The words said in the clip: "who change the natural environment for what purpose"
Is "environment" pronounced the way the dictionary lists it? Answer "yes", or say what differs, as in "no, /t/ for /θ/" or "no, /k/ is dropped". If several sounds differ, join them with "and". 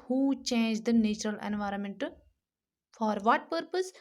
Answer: yes